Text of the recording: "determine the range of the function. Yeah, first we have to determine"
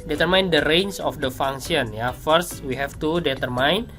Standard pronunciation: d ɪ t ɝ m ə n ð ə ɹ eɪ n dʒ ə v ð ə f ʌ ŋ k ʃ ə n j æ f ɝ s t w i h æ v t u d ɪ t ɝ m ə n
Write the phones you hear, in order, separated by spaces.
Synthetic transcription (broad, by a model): d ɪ t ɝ m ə n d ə ɹ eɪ n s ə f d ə f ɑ ŋ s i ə n j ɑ f ɝ s t w i h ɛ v t u d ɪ t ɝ m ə n